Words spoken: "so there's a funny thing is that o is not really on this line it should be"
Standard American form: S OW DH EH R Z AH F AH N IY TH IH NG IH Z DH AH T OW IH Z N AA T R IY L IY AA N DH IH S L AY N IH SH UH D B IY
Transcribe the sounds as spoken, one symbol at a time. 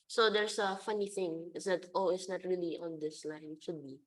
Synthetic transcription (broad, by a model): S OW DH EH R S AH F AH N IY TH IH NG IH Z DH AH T OW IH S N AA T R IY L IY AA N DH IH S L AY N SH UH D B IY